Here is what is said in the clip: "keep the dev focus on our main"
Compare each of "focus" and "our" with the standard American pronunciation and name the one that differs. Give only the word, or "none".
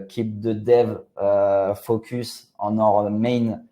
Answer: none